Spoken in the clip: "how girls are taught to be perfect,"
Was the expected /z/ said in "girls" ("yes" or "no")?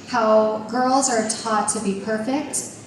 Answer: yes